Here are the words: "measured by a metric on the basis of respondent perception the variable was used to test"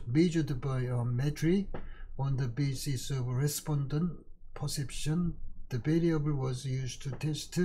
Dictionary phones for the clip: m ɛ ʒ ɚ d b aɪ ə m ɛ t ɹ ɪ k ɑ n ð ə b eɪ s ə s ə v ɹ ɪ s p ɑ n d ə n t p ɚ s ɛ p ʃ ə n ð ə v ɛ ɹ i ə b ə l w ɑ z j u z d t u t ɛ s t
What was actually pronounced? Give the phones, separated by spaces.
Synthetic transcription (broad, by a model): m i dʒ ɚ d b aɪ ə m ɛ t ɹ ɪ ɑ n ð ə b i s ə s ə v ɹ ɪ s p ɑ n d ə n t p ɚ s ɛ p ʃ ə n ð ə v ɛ l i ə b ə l w ɑ z j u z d t u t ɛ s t